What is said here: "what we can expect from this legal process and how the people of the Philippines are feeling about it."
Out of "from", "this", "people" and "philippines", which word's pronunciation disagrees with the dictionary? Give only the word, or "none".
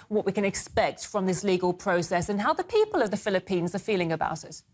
none